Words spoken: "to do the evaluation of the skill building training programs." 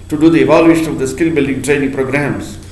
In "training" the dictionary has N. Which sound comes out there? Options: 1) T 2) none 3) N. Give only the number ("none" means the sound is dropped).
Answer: 3